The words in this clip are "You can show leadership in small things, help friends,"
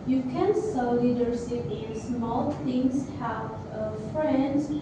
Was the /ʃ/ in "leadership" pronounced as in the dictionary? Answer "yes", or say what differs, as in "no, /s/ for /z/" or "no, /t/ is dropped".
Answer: no, /s/ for /ʃ/